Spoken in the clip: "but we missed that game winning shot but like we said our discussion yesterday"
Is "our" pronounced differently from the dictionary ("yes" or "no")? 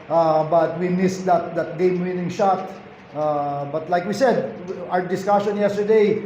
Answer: yes